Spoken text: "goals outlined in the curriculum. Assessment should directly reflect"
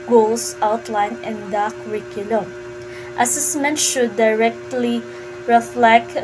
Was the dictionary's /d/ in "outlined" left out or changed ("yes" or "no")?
yes